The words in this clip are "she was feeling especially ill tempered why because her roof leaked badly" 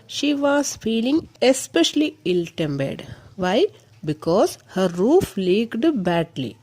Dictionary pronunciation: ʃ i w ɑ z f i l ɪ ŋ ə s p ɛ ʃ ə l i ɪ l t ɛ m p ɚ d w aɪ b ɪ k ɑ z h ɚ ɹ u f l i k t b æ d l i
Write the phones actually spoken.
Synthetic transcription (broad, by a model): ʃ i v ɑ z f i l ɪ ŋ ə s p ɛ ʃ ə l i ɪ l t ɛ m b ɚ d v aɪ b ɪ k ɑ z h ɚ ɹ u f l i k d b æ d l i